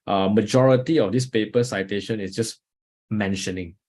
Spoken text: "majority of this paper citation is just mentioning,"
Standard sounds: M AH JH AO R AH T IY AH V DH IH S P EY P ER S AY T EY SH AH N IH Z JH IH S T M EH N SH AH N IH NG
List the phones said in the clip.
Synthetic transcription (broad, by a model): M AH JH AO R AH T IY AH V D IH S P EY P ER S AY T EY SH AH N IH S JH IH S M EH N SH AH N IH NG